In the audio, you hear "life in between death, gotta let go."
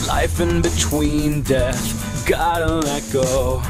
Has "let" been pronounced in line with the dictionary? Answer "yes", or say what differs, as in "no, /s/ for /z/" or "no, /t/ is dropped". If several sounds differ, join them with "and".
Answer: no, /n/ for /l/